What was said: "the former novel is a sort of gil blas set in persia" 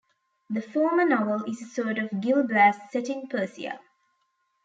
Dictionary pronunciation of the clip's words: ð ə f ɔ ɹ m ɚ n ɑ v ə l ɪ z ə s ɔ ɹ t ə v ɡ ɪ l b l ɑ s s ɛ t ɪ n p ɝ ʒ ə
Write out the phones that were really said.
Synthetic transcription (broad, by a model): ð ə f ɔ m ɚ n ɑ v ə l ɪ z ə s ɔ t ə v ɡ ɪ l b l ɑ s s ɛ t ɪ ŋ p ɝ s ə